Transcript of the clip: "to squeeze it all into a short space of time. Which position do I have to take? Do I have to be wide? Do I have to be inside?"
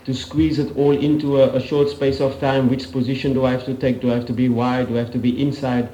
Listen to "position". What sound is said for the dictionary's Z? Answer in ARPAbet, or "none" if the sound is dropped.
Z